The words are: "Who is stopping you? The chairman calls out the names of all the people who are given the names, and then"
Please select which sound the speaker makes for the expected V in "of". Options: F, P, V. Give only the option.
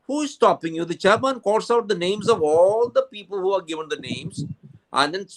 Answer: V